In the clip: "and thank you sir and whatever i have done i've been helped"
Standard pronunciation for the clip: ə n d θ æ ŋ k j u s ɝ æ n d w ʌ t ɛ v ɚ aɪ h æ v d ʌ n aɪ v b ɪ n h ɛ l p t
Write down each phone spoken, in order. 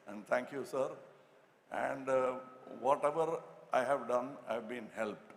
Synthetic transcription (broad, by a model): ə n d t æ ŋ k j u s ɝ æ n d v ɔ t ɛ v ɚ aɪ h æ v d ʌ n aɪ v b ɪ n h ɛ l p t